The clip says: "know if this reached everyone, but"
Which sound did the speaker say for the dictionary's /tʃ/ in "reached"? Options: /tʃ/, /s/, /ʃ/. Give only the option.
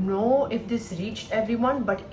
/tʃ/